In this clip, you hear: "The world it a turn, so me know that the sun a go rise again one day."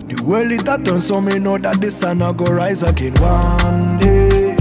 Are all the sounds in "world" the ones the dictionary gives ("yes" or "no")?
no